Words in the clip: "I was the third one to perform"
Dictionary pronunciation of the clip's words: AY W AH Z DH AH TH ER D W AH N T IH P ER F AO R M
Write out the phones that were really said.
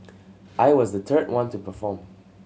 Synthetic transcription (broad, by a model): AY W AH Z DH AH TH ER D W AH N T IH P ER F AO R M